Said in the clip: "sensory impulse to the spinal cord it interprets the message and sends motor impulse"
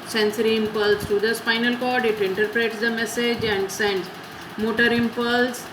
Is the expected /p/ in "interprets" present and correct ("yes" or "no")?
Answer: yes